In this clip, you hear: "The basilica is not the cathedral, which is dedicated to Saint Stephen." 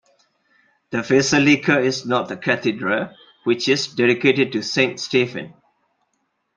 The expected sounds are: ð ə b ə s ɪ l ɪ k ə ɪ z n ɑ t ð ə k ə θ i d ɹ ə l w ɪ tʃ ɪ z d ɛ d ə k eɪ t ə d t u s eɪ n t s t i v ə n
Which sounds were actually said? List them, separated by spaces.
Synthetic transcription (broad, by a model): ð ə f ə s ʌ l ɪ k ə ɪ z n ɑ t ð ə k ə t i d ɹ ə w ɪ tʃ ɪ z d ɛ d ə k eɪ t ə d t u s eɪ n t s t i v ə n